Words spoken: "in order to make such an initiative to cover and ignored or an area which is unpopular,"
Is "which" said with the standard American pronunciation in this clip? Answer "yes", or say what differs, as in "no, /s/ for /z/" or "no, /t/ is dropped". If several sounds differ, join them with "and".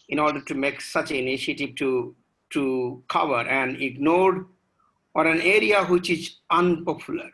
yes